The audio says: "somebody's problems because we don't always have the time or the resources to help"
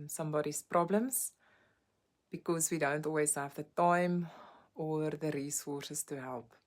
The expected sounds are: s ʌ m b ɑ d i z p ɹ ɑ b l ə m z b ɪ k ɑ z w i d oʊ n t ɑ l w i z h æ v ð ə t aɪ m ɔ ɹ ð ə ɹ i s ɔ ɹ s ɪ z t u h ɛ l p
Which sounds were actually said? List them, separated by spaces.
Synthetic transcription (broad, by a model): s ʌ m b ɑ d i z p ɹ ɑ b l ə m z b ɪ k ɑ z w i d oʊ n t ɑ l w i z h æ v ð ə t aɪ m ɔ ɹ ð ə ɹ i s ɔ s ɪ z t u h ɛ l p